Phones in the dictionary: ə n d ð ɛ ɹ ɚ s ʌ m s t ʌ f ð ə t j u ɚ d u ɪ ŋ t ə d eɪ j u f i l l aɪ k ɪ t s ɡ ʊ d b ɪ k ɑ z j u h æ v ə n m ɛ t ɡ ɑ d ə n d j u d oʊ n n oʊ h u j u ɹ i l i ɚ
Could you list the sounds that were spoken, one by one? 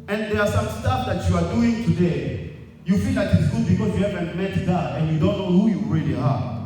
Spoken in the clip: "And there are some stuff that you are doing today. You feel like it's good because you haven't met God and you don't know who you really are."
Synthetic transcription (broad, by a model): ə n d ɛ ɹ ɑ s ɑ m s t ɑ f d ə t j u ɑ d u ɪ ŋ t ə d eɪ j u f i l l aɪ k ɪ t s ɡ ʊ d b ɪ k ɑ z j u h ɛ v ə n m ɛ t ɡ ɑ ə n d j u d oʊ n n oʊ h u j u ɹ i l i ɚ